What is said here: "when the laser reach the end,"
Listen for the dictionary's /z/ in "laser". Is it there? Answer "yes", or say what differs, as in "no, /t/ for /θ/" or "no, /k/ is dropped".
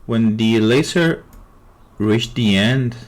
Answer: no, /s/ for /z/